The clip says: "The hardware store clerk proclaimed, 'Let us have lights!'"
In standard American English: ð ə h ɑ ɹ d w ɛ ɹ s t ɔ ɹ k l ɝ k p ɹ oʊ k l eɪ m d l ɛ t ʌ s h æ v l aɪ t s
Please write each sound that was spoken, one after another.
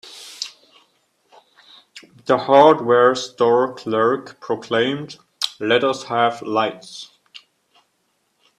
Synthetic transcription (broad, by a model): ð ə h ɑ ɹ d w ɛ ɹ s t ɔ ɹ k l ɝ k p ɹ oʊ k l eɪ m d l ɛ t ʌ s h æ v l aɪ t s